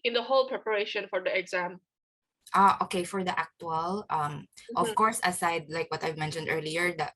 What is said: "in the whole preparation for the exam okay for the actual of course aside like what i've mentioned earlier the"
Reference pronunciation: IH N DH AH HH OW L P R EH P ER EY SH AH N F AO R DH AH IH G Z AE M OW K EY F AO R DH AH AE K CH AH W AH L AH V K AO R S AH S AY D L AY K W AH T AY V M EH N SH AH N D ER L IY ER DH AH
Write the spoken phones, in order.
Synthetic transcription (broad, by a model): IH N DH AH HH OW L P R EH P ER EY SH AH N F AO R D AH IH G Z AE M OW K EY F AO R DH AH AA K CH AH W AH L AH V K AO R S AH S AY D L AY K W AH T AY V M EH N SH AH N D ER L IY ER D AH